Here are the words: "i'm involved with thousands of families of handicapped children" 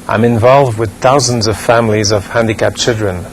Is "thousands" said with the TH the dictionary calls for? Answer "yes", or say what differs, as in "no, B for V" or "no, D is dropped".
yes